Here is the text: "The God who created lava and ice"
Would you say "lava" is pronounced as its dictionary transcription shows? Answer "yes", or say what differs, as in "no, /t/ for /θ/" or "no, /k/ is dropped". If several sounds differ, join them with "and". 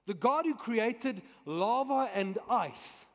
yes